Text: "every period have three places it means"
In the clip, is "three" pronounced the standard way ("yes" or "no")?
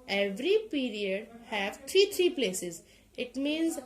no